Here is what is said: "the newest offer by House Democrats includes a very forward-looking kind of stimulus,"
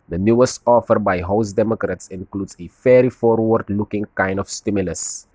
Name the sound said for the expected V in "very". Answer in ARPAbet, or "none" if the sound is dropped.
F